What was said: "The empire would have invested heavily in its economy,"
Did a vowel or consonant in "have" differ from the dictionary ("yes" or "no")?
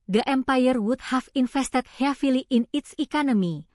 yes